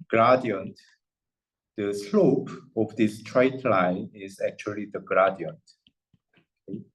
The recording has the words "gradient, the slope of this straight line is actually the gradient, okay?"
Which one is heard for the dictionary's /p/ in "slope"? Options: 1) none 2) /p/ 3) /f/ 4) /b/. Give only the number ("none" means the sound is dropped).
2